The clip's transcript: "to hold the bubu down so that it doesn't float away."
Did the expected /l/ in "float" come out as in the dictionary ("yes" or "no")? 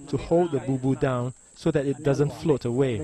yes